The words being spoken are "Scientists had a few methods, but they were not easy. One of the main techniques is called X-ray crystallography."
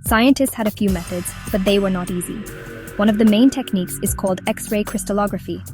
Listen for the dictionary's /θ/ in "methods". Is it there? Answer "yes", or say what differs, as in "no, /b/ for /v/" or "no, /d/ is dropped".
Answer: yes